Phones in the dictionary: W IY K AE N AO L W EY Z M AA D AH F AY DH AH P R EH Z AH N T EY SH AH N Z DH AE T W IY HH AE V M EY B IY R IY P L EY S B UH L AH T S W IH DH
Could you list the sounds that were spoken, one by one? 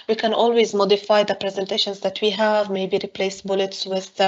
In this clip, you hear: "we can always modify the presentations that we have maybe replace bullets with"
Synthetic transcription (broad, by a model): W IY K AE N AO L W EY Z M AA D AH F AY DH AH P R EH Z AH N T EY SH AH N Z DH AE T W IY HH AE V M EY B IY R IY P L EY S B UH L AH T S W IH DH